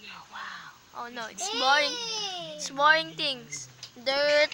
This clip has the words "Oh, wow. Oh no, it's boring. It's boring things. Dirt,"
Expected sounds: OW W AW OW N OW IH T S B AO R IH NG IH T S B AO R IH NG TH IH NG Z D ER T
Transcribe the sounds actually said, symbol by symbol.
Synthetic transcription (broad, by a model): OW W AW OW N OW IH T S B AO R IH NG IH T S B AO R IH NG T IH NG S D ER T